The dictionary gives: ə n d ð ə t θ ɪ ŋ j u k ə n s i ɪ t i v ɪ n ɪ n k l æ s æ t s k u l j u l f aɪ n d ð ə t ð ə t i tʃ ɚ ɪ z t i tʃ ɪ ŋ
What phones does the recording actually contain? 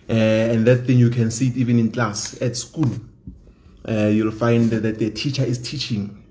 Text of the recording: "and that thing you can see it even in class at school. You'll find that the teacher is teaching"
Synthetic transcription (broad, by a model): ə n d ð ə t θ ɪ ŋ j u k ə n s i t i v ɪ n ɪ n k l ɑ s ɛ t s k u l j u l f aɪ n d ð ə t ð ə t i tʃ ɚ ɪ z t i tʃ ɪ ŋ